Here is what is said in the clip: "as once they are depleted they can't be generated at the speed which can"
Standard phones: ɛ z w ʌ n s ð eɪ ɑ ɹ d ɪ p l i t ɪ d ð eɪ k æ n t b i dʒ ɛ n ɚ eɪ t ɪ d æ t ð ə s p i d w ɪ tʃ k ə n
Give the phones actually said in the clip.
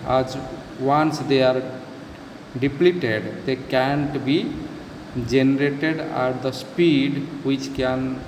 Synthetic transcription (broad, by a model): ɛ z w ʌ n s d eɪ ɑ ɹ d ɪ p l i t ɪ d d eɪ k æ n t b i dʒ ɛ n ɚ eɪ t ɪ d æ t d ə s p i d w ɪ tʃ k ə n